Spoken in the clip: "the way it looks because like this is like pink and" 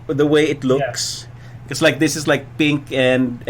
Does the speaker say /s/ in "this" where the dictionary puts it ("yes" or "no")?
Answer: yes